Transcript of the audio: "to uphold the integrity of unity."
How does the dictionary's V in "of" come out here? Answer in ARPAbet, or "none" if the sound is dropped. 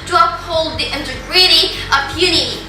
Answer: P